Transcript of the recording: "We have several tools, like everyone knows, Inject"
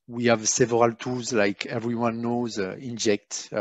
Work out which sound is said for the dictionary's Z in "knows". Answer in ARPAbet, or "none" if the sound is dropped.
Z